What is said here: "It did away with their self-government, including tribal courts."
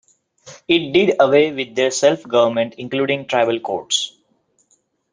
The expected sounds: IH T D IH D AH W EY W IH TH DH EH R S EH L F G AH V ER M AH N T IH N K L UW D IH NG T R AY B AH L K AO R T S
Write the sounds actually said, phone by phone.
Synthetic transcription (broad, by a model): IH T D IH D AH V EY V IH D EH R S EH L F G AH V ER M AH N T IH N K L UW D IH NG T R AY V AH L K AO R T S